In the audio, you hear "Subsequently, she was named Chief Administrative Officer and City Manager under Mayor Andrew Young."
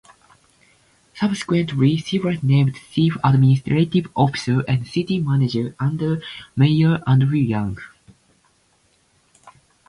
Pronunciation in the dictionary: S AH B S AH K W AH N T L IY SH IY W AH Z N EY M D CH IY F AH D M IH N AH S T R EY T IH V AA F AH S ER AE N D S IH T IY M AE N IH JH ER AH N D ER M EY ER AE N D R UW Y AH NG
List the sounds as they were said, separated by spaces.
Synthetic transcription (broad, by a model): S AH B S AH K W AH N T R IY S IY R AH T N EY M D S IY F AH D M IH N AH S T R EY T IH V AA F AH S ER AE N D S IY T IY M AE N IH JH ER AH N D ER M EY ER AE N D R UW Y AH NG